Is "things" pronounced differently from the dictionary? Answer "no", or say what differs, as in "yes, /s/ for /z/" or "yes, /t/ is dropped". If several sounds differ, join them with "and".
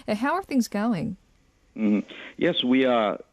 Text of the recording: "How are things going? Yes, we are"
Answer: no